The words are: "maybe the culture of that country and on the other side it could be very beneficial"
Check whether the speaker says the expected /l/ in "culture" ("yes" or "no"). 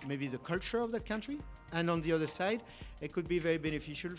yes